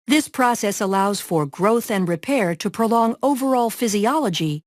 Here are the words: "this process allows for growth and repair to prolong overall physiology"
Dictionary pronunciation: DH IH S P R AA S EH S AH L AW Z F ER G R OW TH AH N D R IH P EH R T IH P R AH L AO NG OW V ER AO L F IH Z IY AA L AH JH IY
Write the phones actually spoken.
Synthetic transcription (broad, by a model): DH IH S P R AA S EH S AH L AW Z F ER G R OW TH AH N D R IH P EH R T IH P R AH L AO NG OW V ER AO L F IH Z IY AA L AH JH IY